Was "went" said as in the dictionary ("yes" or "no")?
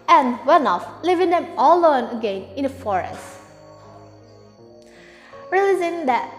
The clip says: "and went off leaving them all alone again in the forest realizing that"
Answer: no